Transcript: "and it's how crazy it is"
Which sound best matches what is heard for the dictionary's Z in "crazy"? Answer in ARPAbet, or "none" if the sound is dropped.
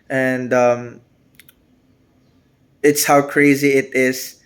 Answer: Z